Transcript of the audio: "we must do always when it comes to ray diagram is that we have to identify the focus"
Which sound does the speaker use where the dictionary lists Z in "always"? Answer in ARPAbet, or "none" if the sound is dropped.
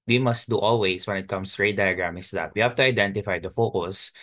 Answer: S